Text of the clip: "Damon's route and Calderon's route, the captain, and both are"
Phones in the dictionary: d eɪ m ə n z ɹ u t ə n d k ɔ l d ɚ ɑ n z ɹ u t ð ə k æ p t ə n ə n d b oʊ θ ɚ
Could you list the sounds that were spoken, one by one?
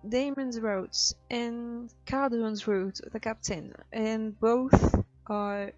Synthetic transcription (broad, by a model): d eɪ m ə n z ɹ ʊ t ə n k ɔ d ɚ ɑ n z ɹ u t ð ə k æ p t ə n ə n b oʊ θ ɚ